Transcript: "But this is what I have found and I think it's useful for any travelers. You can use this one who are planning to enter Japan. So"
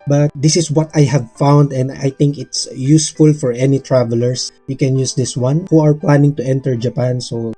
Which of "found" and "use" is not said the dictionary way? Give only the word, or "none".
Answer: none